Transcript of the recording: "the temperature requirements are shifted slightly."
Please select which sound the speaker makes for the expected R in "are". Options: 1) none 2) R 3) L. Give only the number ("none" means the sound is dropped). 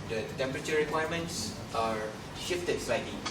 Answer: 2